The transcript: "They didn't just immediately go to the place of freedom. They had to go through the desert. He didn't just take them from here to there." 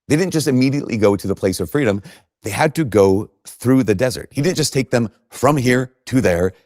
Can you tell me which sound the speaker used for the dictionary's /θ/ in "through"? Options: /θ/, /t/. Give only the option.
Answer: /θ/